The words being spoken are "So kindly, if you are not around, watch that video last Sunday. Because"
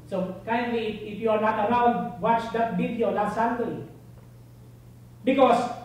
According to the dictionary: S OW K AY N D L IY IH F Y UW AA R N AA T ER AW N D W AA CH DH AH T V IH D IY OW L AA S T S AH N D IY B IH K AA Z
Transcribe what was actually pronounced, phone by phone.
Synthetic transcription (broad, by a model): S OW K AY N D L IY IH F Y UW AA R N AA T ER AW N D W AA CH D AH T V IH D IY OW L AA T S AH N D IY B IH K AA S